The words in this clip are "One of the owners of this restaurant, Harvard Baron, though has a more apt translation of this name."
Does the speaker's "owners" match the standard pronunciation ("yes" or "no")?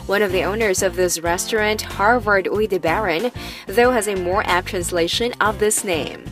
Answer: yes